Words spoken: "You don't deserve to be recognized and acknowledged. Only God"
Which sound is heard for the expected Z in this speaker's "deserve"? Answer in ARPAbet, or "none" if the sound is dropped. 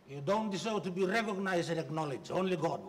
S